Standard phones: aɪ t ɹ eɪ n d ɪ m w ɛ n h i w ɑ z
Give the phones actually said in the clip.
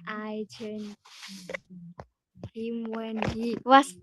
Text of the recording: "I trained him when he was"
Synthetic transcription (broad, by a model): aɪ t eɪ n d ɪ m w ɛ n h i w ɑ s